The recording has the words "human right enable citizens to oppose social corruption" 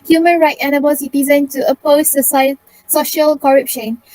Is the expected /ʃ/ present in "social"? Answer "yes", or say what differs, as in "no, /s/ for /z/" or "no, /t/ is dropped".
yes